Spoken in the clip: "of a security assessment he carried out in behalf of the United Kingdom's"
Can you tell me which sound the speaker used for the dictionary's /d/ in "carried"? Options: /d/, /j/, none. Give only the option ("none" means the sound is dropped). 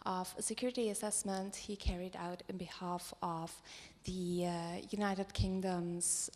/d/